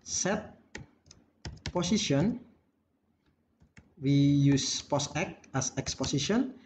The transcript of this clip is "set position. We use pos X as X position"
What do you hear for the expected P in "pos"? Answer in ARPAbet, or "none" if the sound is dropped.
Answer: P